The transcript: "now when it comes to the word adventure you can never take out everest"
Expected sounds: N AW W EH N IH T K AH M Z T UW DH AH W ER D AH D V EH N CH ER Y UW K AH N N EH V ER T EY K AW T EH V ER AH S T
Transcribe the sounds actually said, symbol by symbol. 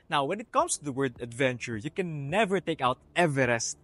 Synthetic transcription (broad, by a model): N AW W EH N IH T K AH M S T UW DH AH W ER D AH D V EH N CH ER Y UW K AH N N EH V ER T EY K AW T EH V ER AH S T